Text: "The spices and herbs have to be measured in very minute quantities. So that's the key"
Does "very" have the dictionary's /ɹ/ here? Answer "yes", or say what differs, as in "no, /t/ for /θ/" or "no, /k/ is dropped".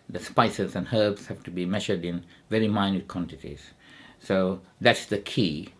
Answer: yes